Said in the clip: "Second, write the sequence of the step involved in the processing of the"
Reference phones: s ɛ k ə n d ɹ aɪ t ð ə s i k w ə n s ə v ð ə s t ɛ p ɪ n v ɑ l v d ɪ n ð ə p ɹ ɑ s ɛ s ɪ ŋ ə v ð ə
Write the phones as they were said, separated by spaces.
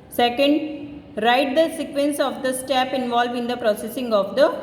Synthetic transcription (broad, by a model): s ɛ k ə n d ɹ aɪ t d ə s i k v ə n s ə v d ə s t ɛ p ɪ n v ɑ l v ɪ n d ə p ɹ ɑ s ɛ s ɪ ŋ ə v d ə